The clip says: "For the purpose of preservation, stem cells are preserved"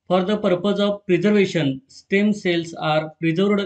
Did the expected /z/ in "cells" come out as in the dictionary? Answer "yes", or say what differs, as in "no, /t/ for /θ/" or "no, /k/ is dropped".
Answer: no, /s/ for /z/